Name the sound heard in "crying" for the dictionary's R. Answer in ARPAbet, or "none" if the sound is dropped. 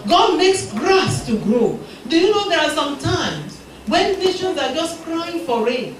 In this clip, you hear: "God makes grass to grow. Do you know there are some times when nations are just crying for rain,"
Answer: R